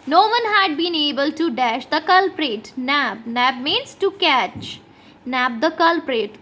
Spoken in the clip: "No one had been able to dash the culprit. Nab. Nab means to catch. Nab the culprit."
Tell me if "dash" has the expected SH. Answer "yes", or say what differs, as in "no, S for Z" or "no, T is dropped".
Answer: yes